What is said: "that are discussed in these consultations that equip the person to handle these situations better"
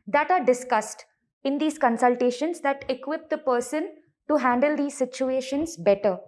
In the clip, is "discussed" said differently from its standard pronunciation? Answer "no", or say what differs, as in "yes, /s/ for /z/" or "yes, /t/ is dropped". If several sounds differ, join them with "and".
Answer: no